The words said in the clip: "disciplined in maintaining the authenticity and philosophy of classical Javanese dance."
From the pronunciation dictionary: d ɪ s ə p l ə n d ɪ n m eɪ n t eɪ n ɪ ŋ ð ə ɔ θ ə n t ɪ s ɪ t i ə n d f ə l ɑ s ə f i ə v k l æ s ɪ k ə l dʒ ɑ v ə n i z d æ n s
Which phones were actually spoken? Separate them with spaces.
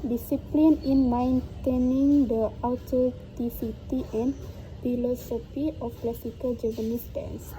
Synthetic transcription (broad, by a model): d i s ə p l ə n ɪ n m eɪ n t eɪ n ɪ ŋ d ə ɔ t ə t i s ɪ t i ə n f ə l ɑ s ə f i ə f k l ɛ s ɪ k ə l dʒ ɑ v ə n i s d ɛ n s